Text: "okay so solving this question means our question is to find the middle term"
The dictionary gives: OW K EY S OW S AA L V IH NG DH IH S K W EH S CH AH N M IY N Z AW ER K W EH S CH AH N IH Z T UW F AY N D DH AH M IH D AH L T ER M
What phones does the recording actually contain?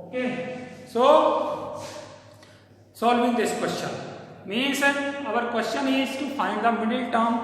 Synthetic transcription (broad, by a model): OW K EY S OW S AA L V IH NG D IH S K W EH S CH AH N M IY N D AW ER K W EH S CH AH N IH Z T UW F AY N D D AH M IH D AH L T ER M